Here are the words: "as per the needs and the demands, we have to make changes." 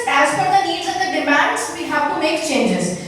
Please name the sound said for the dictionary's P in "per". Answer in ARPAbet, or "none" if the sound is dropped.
F